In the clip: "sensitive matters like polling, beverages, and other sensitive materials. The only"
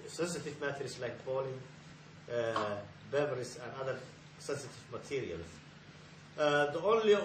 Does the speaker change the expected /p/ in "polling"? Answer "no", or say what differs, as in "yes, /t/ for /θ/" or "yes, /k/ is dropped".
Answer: yes, /b/ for /p/